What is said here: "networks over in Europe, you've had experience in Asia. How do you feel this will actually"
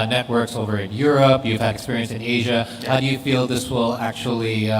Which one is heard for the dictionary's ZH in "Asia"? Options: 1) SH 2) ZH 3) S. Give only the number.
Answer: 2